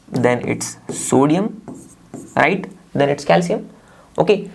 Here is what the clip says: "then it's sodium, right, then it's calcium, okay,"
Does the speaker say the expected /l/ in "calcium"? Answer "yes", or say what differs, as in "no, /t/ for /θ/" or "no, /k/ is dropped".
yes